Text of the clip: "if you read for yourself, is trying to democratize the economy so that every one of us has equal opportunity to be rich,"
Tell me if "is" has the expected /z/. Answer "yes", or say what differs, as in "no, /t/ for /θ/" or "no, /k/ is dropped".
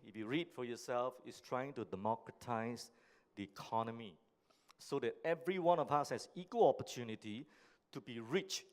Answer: no, /s/ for /z/